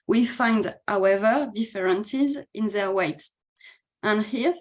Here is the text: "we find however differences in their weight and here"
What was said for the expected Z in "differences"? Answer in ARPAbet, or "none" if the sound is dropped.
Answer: Z